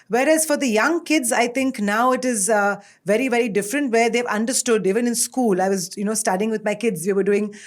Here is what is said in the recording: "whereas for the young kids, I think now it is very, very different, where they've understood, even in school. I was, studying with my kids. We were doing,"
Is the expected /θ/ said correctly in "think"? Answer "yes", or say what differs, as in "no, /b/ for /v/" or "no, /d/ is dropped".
no, /t/ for /θ/